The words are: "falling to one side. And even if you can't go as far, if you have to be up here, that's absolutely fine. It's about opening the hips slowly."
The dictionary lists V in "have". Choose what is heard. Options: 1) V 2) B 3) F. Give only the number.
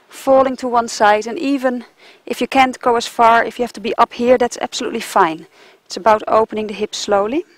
3